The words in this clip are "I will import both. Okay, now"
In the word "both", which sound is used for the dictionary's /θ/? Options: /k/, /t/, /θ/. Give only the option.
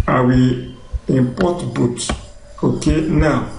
/t/